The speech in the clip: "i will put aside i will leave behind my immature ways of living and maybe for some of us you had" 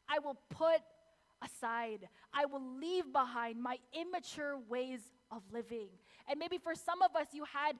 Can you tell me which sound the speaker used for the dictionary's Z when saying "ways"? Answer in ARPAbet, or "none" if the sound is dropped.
Z